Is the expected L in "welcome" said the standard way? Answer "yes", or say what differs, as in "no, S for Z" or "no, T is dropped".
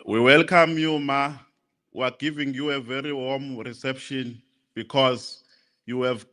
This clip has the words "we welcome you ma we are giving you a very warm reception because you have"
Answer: yes